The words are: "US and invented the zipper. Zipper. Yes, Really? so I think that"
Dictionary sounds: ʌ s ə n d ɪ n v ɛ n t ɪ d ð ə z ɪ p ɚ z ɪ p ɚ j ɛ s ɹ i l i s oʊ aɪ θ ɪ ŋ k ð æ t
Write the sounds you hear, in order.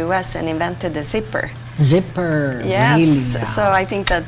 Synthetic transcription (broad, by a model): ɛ s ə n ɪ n v ɛ n t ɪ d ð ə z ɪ p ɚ z ɪ p ɚ j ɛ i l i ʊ aɪ θ ɪ ŋ k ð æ t